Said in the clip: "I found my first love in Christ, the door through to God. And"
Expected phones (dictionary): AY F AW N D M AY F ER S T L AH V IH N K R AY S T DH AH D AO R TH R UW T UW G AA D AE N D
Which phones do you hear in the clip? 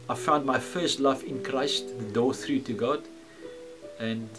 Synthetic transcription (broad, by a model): AY F AW N D M AY F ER S T L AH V IH N K R AY S T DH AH D AO TH R UW T UW G AA D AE N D